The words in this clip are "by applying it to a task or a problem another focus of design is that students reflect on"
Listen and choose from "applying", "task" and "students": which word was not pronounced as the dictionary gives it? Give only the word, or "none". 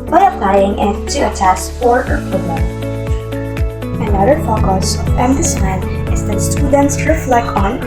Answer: task